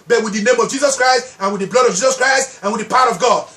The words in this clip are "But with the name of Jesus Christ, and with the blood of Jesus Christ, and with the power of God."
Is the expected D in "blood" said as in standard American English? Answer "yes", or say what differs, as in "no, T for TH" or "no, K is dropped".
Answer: yes